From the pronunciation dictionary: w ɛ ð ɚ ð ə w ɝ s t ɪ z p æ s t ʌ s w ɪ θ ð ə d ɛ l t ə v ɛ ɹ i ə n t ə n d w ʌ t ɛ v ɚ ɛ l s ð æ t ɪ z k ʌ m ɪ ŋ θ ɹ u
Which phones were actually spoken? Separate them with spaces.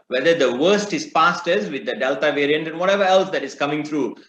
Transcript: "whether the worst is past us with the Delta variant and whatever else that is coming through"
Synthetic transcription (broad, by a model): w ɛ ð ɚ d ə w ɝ s t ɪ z p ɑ s t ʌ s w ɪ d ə d ɛ l t ə v ɛ ɹ i ə n t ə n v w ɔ t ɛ v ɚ ɛ l s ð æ t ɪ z k ʌ m ɪ ŋ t ɹ u